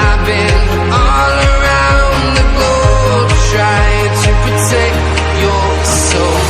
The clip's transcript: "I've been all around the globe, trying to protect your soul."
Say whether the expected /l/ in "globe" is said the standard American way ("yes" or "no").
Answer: no